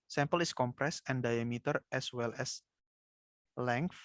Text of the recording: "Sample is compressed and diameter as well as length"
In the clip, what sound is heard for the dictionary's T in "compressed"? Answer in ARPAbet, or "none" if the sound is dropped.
none